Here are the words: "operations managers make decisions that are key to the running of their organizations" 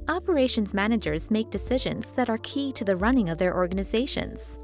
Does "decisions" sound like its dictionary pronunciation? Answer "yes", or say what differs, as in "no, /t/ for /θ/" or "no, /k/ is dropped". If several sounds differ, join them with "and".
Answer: yes